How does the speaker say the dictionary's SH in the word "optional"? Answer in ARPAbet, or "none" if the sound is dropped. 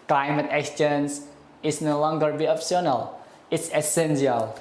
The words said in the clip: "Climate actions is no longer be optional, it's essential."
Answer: S